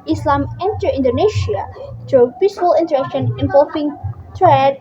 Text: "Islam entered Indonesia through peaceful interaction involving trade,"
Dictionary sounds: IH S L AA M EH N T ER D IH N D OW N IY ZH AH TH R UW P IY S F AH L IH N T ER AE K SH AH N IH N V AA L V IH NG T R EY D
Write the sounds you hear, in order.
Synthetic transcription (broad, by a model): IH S L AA M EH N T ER IH N D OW N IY SH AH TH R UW P IY S F AH L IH N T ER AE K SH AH N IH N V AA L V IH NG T R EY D